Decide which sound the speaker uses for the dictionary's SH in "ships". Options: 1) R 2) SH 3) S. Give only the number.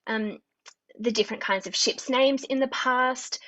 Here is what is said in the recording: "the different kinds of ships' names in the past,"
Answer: 2